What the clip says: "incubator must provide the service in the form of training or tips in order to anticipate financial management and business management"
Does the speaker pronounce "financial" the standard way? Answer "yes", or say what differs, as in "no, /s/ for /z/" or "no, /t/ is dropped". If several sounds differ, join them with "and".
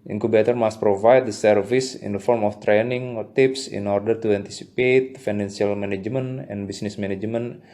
no, /s/ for /ʃ/